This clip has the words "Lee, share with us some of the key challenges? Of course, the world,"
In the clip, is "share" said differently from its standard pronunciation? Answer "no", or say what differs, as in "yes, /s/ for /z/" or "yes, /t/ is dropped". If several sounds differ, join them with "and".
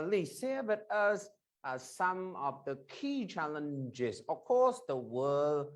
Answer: yes, /s/ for /ʃ/